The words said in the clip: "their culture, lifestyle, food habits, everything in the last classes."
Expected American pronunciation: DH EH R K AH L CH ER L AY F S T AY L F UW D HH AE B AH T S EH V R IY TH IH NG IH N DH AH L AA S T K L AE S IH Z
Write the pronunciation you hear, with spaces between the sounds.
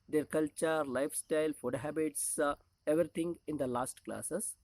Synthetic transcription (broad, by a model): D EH R K AH L CH ER L AY F S T AY L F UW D HH AE B AH T S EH V R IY T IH NG IH N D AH L AA S T K L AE S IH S